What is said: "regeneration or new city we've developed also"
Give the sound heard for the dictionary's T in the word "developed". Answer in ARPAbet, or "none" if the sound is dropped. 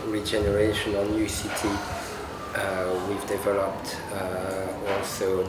T